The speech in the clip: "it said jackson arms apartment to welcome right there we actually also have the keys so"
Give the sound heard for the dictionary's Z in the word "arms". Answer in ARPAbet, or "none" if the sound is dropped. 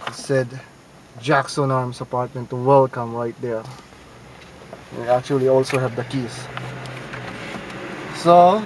S